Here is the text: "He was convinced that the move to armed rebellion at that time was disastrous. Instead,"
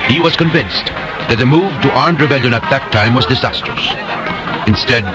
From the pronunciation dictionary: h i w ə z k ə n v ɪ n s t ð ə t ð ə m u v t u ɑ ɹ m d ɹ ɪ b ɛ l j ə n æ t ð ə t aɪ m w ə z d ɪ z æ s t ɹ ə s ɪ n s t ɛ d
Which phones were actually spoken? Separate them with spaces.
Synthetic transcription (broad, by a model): h i w ə z k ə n v ɪ n s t ð ə t ð ə m u v t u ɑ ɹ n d ɹ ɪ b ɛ l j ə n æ t ð ə t aɪ m w ə z d ɪ z æ s t ɹ ə s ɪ n s t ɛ d